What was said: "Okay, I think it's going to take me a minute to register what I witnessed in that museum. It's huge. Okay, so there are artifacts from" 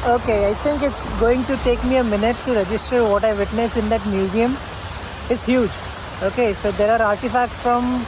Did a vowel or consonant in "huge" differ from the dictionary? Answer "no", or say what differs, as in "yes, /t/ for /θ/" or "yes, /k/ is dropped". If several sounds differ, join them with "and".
no